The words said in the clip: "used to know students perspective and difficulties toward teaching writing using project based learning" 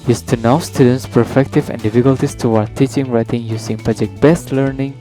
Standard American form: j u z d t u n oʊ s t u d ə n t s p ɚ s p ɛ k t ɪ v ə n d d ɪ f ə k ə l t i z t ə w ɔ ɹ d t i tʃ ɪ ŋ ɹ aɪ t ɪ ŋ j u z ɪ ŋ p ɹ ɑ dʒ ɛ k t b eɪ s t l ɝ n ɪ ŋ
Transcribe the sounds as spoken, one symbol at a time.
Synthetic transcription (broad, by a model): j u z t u n oʊ s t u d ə n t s p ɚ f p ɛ k t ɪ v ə n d d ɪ f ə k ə l t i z t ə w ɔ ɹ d t i tʃ ɪ ŋ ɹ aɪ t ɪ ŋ j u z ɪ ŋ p ɑ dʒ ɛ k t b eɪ s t l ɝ n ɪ ŋ